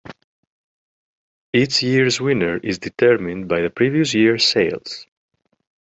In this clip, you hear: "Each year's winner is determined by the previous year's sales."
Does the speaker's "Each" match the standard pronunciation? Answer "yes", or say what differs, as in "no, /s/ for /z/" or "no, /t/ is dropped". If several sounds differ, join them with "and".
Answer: no, /s/ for /tʃ/